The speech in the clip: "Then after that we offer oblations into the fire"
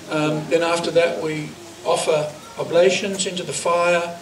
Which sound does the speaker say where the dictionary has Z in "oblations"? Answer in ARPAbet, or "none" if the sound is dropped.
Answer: Z